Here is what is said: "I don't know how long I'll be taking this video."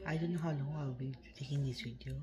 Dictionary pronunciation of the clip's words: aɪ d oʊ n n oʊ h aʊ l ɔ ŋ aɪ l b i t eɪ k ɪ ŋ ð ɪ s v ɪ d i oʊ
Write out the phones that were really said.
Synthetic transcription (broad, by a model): aɪ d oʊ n n oʊ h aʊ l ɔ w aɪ w b i t eɪ k ɪ ŋ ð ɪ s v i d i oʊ